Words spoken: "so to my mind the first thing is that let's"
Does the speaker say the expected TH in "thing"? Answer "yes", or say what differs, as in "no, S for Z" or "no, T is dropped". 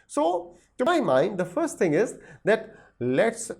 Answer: no, T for TH